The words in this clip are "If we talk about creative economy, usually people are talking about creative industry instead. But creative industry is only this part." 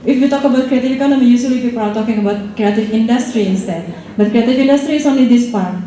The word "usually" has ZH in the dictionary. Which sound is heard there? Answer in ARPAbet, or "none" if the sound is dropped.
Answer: S